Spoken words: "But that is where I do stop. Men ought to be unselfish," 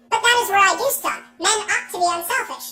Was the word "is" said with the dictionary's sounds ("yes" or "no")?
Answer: yes